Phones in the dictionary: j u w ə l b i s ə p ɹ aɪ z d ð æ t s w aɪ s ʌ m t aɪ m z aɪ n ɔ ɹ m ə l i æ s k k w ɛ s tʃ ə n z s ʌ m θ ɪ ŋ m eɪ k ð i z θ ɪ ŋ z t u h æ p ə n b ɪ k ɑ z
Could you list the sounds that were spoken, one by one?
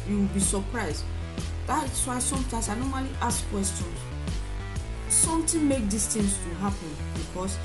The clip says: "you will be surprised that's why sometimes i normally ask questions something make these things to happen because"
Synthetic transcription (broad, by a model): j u w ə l b i s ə p ɹ aɪ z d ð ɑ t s w aɪ s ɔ m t aɪ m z aɪ n ɔ m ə l i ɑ s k k w ɛ s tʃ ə n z s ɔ m t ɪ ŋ m eɪ k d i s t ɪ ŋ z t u h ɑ p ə n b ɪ k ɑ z